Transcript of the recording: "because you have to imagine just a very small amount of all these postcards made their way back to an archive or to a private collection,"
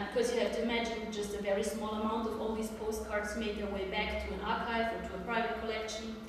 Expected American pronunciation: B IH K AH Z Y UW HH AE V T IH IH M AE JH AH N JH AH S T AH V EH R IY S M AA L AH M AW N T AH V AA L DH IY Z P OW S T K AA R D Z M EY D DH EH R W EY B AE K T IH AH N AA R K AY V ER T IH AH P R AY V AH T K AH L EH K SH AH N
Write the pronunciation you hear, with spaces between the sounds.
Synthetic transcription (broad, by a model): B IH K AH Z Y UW HH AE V T IH IH M AE JH AH N JH AH S T AH V EH R IY S M AA L AH M AW N T AH V AA L DH IY Z P OW S T K AA R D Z M EY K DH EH R W EY B AE K T IH AH N AA R K AY V ER T IH AH P R AY V AH T K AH L EH K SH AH N